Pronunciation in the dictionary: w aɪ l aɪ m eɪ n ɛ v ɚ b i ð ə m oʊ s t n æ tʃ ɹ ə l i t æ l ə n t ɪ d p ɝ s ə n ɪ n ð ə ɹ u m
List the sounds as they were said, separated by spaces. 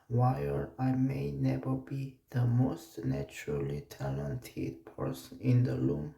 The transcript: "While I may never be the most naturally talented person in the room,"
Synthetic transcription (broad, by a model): w aɪ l aɪ m eɪ n ɛ v ɚ b i ð ə m oʊ s t n æ tʃ ɹ ə l i t æ l ə n t ɪ d p ɝ s ə n ɪ n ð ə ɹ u m